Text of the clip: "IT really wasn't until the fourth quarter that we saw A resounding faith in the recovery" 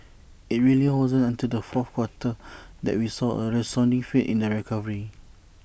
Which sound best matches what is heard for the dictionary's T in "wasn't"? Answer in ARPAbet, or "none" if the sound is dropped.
none